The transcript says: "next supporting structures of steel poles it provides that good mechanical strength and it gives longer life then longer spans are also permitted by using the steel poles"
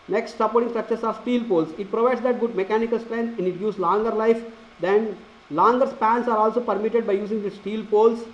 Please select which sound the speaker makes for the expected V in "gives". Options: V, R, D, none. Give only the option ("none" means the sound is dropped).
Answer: none